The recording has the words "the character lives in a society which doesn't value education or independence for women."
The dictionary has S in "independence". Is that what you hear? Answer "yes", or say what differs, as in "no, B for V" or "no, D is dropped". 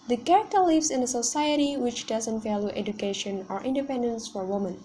yes